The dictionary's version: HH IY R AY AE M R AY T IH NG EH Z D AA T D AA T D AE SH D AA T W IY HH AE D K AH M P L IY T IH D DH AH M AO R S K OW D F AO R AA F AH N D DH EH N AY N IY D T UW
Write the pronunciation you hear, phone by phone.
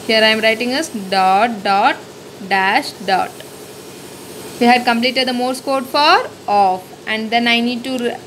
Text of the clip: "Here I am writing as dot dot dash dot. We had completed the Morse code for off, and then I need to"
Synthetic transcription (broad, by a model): HH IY R AY M R AY T IH NG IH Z D AA T D AA T D AE SH D AA T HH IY HH AE D K AH M P L IY T IH D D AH M AO R S K OW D F AO R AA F AH N D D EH N AY N IY D T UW